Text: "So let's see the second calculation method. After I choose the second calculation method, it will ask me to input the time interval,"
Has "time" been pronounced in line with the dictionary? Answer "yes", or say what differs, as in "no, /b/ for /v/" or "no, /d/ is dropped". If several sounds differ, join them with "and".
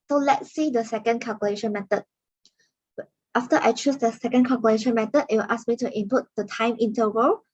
yes